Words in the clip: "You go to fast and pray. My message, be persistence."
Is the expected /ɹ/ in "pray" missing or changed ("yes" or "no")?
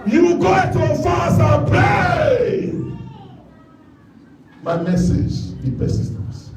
yes